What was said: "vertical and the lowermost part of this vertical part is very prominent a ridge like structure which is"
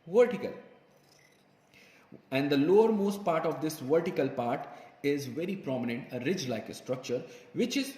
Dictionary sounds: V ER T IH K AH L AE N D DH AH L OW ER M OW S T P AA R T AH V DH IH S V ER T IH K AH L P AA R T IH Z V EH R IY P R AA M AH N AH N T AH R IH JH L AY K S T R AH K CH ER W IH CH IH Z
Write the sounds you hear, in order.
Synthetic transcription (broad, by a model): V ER T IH K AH L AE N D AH L OW ER M OW S T P AA R T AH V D IH S V ER T IH K AH L P AA R T IH Z V EH R IY P R AA M AH N AH N T AH R IH JH L AY K S T R AH K CH ER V IH CH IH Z